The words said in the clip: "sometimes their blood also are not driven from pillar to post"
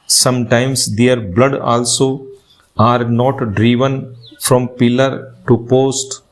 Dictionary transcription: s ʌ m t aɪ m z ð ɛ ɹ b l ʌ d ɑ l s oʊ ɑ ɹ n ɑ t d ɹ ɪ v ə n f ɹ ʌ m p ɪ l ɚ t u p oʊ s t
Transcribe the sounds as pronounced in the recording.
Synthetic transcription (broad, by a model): s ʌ m t aɪ m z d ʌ ɹ b l ʌ d ɑ l s oʊ ɑ ɹ n ɑ t d ɹ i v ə n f ɹ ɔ m p ɪ l ɚ t u p oʊ s t